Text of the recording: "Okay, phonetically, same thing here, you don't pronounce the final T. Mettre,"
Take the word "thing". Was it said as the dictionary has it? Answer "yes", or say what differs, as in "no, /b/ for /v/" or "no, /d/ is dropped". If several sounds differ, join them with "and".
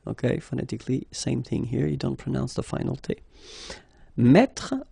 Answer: yes